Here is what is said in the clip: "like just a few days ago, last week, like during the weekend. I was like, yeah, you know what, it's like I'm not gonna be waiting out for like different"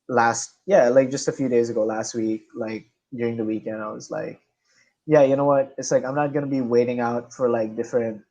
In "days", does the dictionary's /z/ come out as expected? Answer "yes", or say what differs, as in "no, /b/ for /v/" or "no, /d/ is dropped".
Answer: yes